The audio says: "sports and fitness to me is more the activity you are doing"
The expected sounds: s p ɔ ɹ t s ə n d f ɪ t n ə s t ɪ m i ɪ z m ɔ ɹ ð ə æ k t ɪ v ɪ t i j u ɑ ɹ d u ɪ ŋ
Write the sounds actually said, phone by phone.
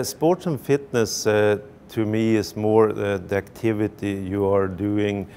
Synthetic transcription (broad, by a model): s p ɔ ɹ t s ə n f ɪ t n ə s t ɪ m i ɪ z m ɔ ɹ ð æ k t ɪ v ɪ t i j u ɑ ɹ d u ɪ ŋ